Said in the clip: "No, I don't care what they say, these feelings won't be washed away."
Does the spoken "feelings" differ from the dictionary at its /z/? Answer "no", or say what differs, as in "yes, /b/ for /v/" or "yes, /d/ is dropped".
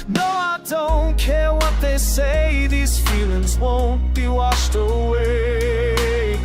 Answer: no